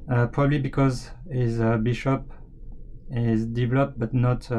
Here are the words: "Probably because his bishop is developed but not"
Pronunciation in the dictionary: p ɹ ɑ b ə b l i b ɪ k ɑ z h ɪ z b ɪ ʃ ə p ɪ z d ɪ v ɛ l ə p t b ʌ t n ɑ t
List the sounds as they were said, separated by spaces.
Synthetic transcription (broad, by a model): p ɹ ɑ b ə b l i b ɪ k ɑ z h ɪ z b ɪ ʃ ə p ɪ z d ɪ v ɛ l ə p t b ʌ t n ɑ t